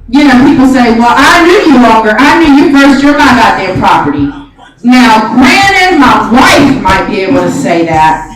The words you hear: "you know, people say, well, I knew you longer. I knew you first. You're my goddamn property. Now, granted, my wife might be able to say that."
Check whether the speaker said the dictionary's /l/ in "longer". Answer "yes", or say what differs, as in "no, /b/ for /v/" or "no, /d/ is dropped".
no, /w/ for /l/